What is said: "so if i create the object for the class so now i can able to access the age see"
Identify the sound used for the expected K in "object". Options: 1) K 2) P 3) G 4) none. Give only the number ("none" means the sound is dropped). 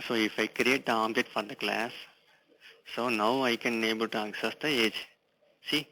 4